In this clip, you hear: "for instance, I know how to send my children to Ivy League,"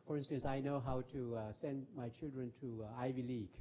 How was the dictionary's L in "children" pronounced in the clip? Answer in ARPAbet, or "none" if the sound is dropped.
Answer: L